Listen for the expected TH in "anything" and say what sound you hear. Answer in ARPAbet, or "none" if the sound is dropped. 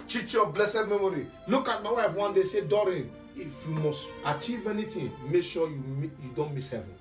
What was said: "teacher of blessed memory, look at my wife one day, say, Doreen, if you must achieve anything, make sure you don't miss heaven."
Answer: T